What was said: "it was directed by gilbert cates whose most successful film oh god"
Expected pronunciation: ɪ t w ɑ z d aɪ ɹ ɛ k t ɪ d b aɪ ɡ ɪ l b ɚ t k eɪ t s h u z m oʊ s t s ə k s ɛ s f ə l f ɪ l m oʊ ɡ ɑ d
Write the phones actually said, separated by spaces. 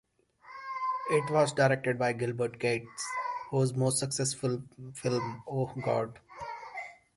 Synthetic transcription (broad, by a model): ɪ t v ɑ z d aɪ ɹ ɛ k t ɪ d b aɪ ɡ ɪ l b ɚ t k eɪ t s h u z m oʊ s t s ə k s ɛ s f ə l f ɪ l m oʊ ɡ ɑ d